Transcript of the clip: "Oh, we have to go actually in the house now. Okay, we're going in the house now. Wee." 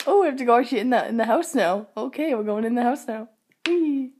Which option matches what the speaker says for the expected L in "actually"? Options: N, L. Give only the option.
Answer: N